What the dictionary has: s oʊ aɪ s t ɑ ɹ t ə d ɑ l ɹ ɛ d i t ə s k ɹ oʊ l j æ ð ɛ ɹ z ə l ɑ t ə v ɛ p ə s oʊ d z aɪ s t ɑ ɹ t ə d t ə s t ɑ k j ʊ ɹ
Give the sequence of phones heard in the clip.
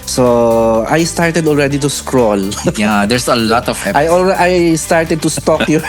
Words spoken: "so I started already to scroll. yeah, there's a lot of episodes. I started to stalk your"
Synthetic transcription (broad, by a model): s oʊ aɪ s t ɑ ɹ t ə d ɑ l ɹ ɛ d i t ə s k ɹ oʊ l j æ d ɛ ɹ s ə l ɑ t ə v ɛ ə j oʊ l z aɪ s t ɑ ɹ t ə d t ə s t ɑ k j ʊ